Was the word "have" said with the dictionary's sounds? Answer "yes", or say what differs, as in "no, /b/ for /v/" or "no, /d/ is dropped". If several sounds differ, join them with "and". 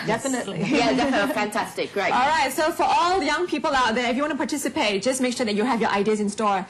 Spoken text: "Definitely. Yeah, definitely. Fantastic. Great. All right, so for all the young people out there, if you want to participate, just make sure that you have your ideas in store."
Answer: yes